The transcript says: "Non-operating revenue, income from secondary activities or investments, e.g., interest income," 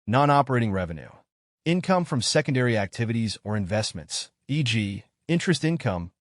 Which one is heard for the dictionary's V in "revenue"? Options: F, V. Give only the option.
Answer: V